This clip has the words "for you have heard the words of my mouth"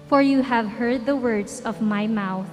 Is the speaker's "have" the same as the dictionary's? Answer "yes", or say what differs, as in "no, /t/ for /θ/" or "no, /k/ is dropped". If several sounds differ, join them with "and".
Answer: yes